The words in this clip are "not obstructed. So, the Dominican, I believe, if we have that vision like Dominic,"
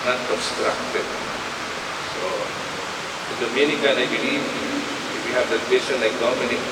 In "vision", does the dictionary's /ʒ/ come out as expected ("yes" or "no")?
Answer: no